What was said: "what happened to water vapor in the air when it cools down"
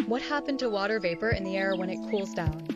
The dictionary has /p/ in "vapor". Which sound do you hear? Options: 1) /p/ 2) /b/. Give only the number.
1